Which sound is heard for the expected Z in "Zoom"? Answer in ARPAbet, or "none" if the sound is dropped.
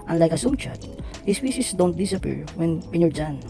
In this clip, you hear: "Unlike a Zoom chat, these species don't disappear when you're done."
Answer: S